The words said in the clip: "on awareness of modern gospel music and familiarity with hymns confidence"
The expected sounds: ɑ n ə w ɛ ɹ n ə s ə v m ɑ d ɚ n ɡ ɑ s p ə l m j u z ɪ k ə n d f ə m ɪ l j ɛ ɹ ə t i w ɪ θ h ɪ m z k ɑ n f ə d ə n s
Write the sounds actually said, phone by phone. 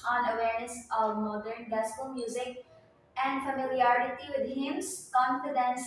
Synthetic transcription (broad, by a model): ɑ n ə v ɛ ɹ n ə s ə v m ɑ d ɚ n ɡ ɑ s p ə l m j u z ɪ k ə n d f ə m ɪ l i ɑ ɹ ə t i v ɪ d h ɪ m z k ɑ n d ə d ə n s